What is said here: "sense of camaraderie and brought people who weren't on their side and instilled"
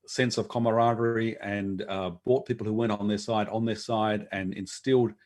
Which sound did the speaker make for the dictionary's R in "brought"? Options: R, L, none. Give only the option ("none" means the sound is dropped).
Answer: none